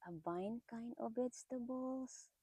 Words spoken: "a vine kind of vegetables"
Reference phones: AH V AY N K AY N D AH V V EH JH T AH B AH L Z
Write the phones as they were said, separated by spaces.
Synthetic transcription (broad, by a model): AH B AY N K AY N AH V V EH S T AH B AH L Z